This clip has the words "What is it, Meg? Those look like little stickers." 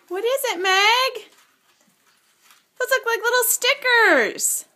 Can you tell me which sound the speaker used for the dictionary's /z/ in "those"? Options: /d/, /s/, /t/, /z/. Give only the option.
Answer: /s/